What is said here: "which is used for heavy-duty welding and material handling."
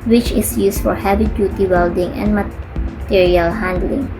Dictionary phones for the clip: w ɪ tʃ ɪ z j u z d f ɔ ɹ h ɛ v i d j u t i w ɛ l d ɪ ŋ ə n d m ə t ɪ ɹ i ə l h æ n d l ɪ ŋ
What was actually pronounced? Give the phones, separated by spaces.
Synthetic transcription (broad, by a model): w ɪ tʃ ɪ s j u s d f ɔ ɹ h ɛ b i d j u t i w ɛ l d ɪ ŋ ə n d m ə t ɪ ɹ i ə l h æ n d l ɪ ŋ